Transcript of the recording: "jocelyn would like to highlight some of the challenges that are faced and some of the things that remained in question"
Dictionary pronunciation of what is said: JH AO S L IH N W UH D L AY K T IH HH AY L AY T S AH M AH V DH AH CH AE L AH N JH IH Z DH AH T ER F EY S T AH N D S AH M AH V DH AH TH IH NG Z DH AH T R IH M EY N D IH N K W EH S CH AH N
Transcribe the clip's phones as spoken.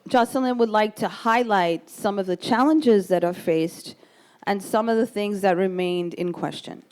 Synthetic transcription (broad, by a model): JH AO S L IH N W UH D L AY K T IH HH AY L AY T S AH M AH V DH AH CH AE L AH N JH IH Z DH AH T ER F EY S T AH N S AH M AH V DH AH TH IH NG Z DH AH T R IH M EY N D IH N K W EH S CH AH N